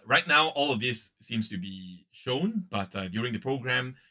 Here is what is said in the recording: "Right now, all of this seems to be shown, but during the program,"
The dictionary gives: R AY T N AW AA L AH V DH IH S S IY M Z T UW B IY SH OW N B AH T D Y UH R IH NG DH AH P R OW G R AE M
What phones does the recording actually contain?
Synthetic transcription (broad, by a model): R AY T N AW AA L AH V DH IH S S IY M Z T UW B IY SH OW N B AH T D Y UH R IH NG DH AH P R OW G R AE M